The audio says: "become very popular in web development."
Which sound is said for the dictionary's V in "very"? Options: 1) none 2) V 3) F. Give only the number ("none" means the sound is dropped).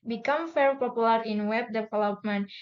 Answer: 3